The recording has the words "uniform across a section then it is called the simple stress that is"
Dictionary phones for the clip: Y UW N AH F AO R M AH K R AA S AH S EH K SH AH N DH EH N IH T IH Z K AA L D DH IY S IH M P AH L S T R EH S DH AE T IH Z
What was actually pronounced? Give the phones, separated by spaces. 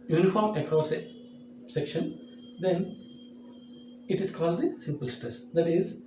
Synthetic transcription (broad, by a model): Y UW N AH F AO R M AH K R AA S S EH K SH AH N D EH N IH T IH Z K AA L D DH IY S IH M P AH L S T R EH S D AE T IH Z